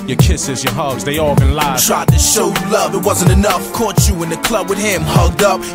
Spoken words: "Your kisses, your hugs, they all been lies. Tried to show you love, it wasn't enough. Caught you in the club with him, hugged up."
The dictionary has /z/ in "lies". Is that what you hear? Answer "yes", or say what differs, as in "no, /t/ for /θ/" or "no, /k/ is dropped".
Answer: no, /z/ is dropped